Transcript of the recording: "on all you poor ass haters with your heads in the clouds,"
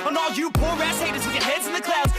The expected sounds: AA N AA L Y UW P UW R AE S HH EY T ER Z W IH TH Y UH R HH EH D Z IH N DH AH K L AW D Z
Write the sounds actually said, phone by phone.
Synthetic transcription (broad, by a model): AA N AA L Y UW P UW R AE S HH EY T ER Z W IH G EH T HH EH D Z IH N DH AH K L AW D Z